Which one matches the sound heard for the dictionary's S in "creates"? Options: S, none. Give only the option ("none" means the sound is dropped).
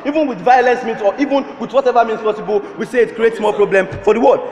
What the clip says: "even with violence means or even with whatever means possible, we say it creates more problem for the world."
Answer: S